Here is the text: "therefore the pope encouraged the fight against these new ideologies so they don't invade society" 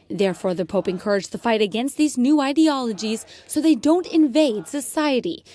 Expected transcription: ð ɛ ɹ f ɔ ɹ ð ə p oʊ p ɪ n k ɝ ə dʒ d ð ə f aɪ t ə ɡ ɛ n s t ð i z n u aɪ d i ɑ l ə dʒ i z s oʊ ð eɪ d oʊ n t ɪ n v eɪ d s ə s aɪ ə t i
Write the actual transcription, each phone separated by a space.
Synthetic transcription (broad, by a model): ð ɛ ɹ f ɔ ɹ ð ə p oʊ p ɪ n k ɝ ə dʒ ð ə f aɪ t ə ɡ ɛ n s t ð i z n u aɪ d i ɑ l ə dʒ i z s oʊ ð eɪ d oʊ n t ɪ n v eɪ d s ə s aɪ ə t i